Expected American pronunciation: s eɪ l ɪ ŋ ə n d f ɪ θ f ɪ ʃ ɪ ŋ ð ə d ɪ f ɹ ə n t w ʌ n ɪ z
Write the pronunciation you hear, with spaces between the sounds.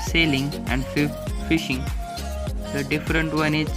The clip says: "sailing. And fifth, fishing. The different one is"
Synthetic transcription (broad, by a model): s eɪ l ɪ ŋ ə n d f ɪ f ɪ ʃ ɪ ŋ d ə d ɪ f ɹ ə n t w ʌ n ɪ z